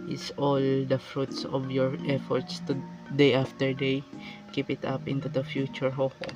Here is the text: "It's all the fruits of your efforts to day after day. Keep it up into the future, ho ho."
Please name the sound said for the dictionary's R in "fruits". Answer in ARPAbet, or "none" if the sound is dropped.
R